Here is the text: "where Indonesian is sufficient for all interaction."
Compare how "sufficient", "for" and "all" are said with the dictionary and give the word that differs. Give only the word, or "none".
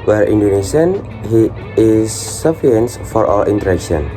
sufficient